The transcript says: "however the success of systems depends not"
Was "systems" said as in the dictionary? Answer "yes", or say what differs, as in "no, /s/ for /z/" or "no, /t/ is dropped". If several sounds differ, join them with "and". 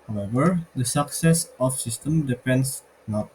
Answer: no, /z/ is dropped